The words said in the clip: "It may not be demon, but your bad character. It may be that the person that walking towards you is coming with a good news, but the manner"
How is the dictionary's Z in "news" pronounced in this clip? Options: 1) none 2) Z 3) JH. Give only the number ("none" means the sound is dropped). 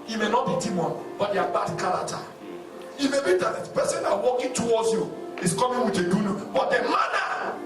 1